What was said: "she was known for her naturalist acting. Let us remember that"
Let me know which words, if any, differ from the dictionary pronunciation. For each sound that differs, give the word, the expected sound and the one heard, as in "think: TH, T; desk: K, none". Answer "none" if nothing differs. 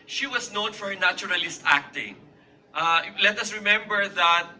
was: Z, S